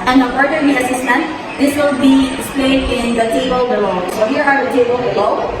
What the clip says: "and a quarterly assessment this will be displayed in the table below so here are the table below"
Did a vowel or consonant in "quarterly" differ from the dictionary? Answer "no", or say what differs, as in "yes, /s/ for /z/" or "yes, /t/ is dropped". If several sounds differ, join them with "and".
yes, /w/ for /l/